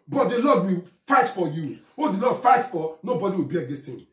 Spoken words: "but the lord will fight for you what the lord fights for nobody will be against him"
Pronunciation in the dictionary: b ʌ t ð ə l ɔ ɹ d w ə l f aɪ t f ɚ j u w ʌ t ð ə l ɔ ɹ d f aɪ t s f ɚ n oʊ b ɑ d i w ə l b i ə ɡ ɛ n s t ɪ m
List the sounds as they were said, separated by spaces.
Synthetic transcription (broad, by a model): b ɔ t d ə l ɔ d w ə f aɪ t f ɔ j u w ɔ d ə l ɔ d f aɪ t f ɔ n oʊ b ɑ d i w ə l b i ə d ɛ s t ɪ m